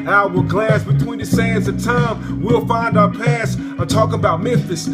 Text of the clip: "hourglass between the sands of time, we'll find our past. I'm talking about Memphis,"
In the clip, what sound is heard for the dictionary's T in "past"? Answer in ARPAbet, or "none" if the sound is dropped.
none